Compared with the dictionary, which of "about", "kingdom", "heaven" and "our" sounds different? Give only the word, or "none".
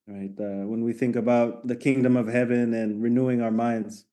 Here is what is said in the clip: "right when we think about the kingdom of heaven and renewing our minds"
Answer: none